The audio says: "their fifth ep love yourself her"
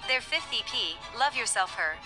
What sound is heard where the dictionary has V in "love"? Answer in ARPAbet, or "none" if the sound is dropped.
V